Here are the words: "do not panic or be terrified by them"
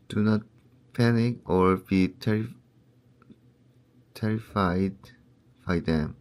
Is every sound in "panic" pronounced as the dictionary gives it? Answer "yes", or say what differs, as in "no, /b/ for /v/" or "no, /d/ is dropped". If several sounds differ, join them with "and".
yes